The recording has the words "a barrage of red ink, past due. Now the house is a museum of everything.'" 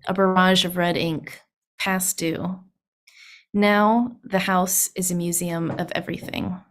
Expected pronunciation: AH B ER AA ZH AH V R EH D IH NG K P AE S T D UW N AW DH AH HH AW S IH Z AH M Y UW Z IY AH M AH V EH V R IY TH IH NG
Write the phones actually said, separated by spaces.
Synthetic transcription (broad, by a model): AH B ER AA ZH AH V R EH D IH NG K P AE S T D UW N AW DH AH HH AW S IH Z AH M Y UW Z IY AH M AH V EH V R IY TH IH NG